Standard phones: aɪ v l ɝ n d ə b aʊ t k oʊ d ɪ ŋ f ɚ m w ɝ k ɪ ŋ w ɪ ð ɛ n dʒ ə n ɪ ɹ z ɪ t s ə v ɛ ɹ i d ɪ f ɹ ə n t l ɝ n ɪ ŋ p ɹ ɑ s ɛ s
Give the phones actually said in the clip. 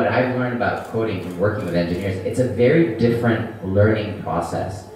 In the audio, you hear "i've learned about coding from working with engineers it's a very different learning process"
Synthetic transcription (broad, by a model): aɪ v l ɝ n d ə b aʊ t k oʊ d ɪ ŋ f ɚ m w ɝ k ɪ ŋ w ɪ ð ɛ n dʒ ə n ɪ ɹ z ɪ t s ə v ɛ ɹ i d ɪ f ɹ ə n t l ɝ n ɪ ŋ p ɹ ɑ s ɛ s